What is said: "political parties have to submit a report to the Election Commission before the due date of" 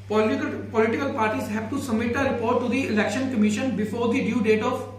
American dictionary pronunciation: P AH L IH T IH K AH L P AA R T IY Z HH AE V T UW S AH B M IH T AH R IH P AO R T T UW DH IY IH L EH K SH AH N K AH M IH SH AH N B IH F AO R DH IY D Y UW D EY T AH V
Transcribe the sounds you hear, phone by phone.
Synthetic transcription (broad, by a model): P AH L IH T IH K AH L P AA R T IY Z HH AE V T UW S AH M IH T AH R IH P AO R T T UW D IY IH L EH K SH AH N K AH M IH SH AH N B IH F AO R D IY D Y UW D EY T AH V